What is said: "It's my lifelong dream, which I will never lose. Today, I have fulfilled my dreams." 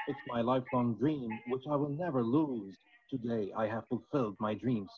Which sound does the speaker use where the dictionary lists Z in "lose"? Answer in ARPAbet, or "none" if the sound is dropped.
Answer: Z